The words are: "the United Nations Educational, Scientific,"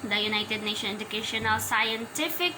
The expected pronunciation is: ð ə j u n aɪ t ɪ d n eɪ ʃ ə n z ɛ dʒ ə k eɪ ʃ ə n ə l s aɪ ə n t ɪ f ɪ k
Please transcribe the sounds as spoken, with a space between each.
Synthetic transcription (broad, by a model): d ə j u n aɪ t ɪ d n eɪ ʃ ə n ɛ dʒ ə k eɪ ʃ ə n ə l s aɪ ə n t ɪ f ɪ k